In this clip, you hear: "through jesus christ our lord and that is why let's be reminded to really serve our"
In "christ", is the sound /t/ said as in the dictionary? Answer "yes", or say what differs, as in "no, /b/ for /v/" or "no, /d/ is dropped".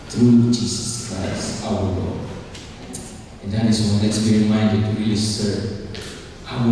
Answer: no, /t/ is dropped